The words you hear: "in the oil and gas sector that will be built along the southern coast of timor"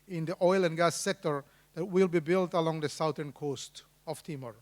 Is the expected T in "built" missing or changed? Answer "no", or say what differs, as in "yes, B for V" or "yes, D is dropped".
no